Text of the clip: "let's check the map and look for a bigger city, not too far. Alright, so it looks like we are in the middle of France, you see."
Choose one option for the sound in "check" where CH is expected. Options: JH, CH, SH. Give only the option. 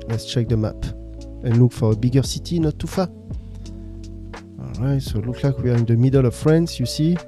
CH